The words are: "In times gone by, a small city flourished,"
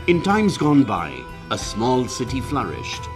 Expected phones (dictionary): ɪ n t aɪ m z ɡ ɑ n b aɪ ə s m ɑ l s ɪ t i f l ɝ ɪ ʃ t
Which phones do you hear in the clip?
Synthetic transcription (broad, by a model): ɪ n t aɪ m z ɡ ɑ n b aɪ ə s m ɑ l s ɪ t i f l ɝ ɪ ʃ t